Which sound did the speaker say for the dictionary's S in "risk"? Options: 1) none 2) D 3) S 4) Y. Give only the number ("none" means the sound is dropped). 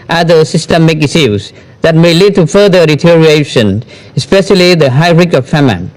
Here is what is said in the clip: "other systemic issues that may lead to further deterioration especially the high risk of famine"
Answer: 1